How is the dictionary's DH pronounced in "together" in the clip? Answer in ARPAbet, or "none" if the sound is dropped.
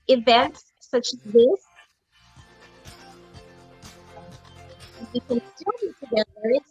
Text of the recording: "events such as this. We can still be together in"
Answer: none